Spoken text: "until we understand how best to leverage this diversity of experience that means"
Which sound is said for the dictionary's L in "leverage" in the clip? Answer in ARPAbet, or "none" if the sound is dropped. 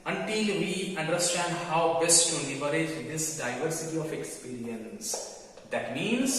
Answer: N